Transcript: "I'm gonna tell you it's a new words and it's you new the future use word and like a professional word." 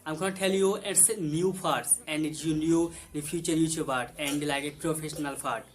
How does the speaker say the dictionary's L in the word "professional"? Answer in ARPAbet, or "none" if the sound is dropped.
L